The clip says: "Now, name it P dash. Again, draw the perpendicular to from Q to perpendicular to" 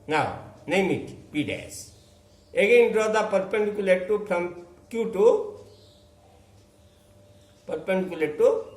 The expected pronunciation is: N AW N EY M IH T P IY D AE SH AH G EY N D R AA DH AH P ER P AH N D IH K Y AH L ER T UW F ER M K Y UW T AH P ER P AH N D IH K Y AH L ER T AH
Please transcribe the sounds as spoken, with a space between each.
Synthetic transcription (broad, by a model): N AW N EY M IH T P IY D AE S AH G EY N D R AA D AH P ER P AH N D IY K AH L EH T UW P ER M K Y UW T AH P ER P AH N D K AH L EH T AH